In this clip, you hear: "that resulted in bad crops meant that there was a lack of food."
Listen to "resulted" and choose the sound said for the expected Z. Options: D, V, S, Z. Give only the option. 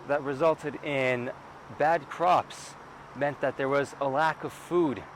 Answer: Z